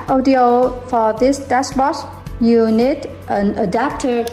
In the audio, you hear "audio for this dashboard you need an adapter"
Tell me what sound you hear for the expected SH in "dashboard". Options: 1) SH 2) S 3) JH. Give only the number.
2